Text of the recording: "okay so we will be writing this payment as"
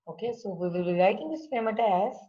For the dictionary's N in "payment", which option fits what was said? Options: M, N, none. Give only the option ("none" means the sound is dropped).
none